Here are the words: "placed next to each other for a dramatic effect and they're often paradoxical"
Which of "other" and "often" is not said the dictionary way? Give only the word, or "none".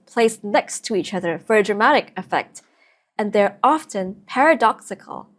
none